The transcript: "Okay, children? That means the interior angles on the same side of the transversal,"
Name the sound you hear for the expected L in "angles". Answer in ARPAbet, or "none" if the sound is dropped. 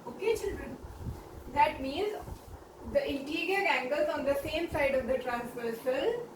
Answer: L